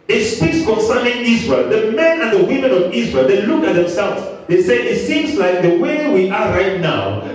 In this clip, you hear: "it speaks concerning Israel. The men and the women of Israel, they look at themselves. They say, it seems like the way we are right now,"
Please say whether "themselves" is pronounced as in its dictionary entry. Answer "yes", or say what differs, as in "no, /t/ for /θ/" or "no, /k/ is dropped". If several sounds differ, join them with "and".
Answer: yes